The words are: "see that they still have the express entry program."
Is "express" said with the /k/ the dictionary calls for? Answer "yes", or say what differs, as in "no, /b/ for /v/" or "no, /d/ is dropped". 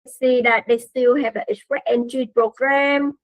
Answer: no, /k/ is dropped